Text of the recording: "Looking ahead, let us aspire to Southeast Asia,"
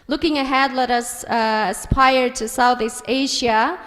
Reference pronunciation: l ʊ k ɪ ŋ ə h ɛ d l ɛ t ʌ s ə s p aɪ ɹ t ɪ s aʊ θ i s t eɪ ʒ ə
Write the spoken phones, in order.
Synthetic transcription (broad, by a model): l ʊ k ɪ ŋ ə h ɛ d l ɛ t ʌ s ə s p aɪ ɹ t ɪ s aʊ θ i s t eɪ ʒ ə